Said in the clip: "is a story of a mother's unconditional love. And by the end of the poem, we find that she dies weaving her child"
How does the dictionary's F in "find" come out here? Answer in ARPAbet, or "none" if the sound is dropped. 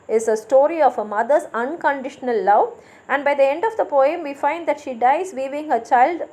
F